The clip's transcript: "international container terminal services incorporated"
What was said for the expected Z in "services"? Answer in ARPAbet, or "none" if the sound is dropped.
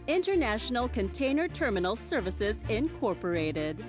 Z